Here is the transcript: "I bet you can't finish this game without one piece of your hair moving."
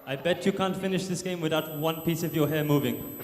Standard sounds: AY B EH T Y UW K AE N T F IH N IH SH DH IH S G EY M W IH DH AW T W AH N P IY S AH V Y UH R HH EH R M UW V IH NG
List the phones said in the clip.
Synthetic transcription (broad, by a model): AY B EH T Y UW K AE N T F IH N IH SH DH IH S G EY M W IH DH AW T W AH N P IY S AH V Y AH HH EH M UW V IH NG